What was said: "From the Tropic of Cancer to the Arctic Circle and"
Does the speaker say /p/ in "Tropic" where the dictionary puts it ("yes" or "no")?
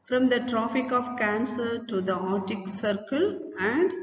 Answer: no